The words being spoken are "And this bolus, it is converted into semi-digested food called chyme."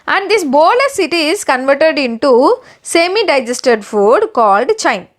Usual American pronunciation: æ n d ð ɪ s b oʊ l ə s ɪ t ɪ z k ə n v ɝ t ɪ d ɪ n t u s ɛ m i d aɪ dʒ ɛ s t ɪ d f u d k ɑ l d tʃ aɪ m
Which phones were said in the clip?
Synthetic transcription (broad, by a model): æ n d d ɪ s b oʊ l ə s ɪ t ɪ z k ə n v ɝ t ɪ d ɪ n t u s ɛ m i d aɪ dʒ ɛ s t ɪ d f u d k ɑ l d tʃ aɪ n